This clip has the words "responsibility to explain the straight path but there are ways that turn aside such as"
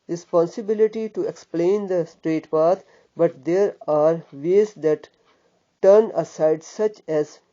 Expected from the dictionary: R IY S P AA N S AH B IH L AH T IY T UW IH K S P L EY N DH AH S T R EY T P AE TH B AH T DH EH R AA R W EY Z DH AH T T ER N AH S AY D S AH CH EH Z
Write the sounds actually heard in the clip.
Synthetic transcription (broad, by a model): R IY S P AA N S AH B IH L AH T IY T UW IH K S P L EY N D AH S T R EY T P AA T B AH T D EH R AA R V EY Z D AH T T ER N AH S AY D S AH CH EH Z